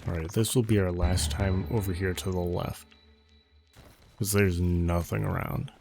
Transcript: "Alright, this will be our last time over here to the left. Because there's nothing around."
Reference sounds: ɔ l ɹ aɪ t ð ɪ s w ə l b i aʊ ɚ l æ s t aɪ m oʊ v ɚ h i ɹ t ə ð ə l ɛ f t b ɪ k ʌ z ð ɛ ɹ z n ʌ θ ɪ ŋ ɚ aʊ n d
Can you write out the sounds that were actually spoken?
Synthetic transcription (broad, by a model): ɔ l ɹ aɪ t ð ɪ s w ə l b i aʊ ɚ l æ s t aɪ m oʊ v ɚ h i ɹ t ə ð ə l ɛ f t k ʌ z ð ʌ ɹ z n ʌ θ ɪ ŋ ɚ aʊ n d